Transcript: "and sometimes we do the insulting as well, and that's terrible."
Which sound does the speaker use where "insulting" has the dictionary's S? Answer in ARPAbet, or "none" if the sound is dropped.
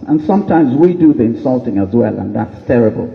S